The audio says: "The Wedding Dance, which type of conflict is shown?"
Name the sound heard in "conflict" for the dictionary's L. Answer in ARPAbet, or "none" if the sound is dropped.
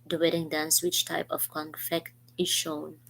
none